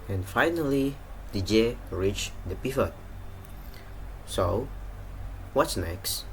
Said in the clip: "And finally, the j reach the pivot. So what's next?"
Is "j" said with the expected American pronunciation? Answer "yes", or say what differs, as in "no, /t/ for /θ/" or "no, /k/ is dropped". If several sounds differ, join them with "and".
yes